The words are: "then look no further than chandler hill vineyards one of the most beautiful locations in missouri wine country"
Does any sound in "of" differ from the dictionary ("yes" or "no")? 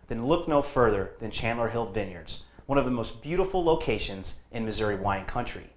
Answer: no